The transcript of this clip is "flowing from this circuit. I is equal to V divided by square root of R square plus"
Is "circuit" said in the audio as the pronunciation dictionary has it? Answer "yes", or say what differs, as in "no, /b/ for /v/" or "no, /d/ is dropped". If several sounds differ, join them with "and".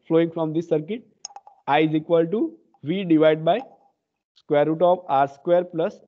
yes